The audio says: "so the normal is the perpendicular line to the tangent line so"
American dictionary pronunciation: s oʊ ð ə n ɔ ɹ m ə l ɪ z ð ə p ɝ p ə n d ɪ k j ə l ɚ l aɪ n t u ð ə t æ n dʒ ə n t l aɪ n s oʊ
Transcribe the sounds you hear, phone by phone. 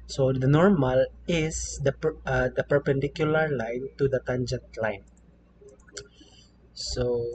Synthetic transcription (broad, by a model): s oʊ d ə n ɔ ɹ m ə l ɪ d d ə p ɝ p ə n d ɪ k j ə l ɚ l aɪ n t u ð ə t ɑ n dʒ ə n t l aɪ n s oʊ